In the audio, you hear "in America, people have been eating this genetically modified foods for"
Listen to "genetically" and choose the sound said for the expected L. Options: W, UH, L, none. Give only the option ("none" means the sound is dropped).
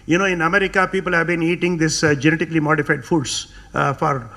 L